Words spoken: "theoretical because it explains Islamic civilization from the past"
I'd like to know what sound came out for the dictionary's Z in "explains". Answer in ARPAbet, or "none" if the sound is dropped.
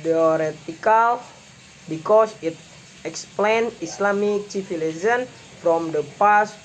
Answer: none